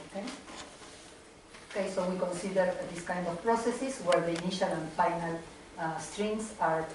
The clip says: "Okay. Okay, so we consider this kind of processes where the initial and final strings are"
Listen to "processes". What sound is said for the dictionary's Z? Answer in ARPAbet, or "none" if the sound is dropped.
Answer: S